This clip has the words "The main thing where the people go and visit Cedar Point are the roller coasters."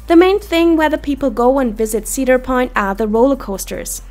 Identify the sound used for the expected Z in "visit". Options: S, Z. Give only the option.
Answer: Z